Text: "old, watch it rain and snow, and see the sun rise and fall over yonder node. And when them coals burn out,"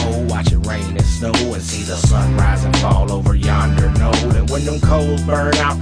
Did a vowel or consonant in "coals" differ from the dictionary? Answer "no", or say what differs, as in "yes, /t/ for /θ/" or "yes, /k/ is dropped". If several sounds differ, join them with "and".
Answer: yes, /z/ is dropped